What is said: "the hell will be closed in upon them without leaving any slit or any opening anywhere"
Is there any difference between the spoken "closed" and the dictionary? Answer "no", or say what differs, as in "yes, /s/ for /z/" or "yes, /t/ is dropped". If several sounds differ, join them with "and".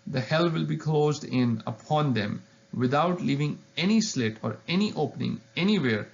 no